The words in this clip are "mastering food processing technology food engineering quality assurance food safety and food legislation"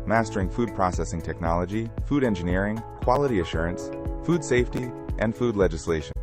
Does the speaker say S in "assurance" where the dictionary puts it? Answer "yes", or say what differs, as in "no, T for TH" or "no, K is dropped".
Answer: yes